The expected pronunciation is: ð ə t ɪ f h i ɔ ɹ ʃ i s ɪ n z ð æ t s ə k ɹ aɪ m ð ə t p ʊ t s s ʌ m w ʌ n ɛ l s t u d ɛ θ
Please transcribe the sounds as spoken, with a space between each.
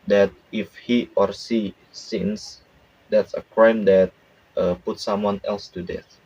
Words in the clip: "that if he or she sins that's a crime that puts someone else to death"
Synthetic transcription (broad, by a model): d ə t ɪ f h i ɔ ɹ s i s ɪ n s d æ t s ə k ɹ aɪ m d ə t p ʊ t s s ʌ m w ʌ n ɛ l s t u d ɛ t